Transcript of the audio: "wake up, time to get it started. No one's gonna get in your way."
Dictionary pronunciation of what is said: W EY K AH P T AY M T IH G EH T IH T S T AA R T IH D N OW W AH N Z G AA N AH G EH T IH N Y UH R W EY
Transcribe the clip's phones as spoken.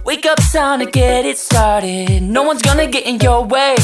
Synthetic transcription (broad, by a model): W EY K AH P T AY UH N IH G EH T IH T S T AA R T IH D N OW W AH N Z G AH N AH G EH T IH N Y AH R W EY